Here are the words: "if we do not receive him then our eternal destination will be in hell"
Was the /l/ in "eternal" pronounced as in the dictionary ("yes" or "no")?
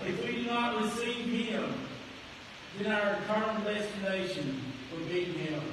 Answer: no